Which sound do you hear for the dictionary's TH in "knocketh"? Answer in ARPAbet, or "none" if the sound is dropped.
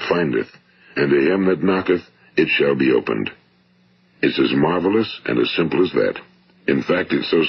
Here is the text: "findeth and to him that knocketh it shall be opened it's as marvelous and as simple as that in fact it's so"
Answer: TH